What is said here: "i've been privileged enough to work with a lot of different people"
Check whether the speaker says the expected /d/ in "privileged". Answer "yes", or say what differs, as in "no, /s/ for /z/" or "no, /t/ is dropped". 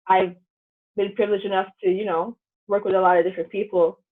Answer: no, /d/ is dropped